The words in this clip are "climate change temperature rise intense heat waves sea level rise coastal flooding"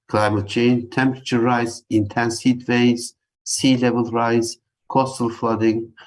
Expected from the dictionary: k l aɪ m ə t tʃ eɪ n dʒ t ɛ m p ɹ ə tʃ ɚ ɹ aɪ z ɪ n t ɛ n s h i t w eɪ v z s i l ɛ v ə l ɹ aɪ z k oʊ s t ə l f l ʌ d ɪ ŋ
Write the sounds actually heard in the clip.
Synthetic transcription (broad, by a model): k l aɪ m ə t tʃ eɪ n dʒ t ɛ m p ɹ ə tʃ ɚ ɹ aɪ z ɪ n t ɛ n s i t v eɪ z s i l ɛ v ə l ɹ aɪ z k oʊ s t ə l f l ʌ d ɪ ŋ